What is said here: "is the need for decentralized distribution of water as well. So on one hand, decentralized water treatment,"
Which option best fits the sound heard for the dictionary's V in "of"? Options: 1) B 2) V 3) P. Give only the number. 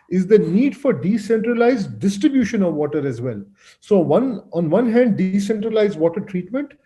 2